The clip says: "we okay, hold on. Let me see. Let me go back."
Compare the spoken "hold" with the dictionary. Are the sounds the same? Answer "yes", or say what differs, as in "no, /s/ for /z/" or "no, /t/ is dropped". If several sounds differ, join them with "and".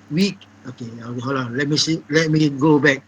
no, /d/ is dropped